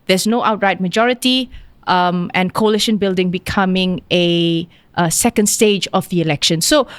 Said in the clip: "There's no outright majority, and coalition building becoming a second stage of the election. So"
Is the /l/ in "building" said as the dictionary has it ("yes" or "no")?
yes